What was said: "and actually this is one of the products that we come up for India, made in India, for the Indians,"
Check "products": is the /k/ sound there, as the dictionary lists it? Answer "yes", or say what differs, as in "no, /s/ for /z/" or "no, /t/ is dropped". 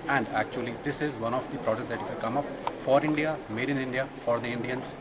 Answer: no, /k/ is dropped